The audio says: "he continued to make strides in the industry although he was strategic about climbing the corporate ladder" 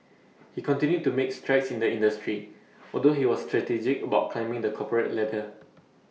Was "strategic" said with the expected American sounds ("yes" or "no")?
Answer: yes